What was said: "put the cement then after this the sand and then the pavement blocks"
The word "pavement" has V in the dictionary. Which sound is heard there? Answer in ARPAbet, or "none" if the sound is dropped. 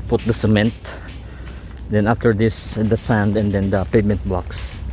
none